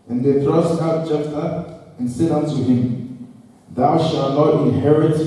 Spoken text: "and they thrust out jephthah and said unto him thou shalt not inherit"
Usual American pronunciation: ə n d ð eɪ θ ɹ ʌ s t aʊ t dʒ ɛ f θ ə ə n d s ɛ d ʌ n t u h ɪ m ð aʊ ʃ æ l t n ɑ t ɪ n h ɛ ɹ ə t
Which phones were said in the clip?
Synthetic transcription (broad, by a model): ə n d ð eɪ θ ɹ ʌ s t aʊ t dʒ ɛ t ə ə n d s ɛ d ʌ n t u h ɪ m ð aʊ ʃ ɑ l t n ɑ t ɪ n h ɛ ɹ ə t